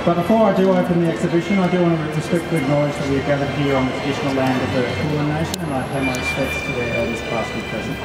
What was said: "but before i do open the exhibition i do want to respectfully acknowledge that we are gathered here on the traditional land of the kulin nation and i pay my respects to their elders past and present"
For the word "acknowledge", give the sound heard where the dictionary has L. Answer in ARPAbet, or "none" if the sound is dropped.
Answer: none